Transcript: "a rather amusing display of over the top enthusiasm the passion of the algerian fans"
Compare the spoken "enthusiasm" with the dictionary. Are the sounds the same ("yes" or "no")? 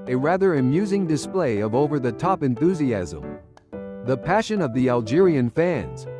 yes